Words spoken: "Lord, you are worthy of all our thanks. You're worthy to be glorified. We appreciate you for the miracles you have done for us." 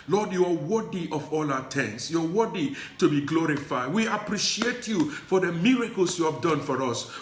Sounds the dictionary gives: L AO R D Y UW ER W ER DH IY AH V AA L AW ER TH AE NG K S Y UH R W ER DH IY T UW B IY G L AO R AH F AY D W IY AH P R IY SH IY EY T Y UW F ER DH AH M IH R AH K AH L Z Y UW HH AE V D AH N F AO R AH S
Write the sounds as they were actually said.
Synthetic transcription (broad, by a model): L AO D Y UW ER W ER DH IY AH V AA L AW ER T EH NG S Y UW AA W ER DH IY T UW B IY G L AO R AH F AY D W IY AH P R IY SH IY EY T Y UW F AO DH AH M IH R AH K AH L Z Y UW HH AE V D AH N F AO R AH S